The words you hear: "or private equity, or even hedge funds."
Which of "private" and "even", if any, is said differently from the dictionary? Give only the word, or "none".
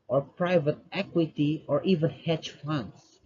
none